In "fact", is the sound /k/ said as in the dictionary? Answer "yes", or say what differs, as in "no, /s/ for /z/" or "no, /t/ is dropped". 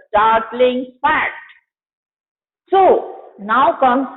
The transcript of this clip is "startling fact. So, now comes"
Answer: no, /k/ is dropped